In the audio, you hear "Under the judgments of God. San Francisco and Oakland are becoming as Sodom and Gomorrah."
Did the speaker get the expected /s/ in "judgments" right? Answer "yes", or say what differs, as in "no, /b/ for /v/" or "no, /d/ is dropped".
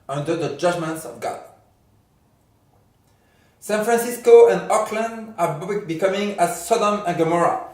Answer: yes